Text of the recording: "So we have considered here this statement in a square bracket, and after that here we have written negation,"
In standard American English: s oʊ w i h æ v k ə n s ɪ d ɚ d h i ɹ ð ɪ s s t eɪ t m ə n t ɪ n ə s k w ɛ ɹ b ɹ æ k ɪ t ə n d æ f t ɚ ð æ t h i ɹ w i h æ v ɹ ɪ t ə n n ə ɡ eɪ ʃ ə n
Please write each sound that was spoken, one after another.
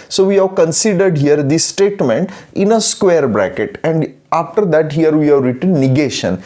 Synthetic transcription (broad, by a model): s oʊ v i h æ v k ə n s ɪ d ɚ d h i ɹ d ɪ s s t eɪ t m ə n t ɪ n ə s k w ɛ ɹ b ɹ æ k ɪ t ə n d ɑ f t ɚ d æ t h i ɹ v i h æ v ɹ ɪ t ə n n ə ɡ eɪ ʃ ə n